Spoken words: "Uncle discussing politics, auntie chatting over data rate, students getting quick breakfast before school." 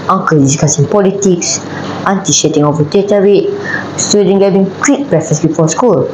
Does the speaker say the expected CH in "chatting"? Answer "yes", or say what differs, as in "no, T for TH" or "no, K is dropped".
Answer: no, SH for CH